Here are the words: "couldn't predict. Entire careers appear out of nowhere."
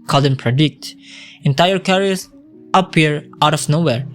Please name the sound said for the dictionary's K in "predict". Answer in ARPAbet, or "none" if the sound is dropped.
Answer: K